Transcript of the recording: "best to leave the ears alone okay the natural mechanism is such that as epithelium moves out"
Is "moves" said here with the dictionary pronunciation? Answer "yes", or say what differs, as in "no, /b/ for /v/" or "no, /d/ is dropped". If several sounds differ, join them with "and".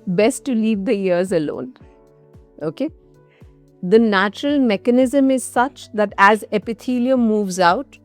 yes